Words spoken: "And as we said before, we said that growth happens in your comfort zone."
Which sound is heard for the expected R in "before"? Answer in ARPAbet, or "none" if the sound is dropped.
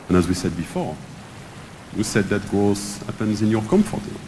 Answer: R